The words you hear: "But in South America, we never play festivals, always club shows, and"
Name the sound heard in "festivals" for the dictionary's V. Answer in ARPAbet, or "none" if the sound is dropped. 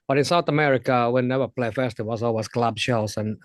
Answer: W